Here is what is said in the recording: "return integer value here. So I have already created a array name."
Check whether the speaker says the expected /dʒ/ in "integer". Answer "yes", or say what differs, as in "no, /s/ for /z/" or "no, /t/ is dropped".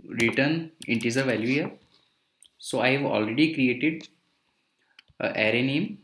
no, /z/ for /dʒ/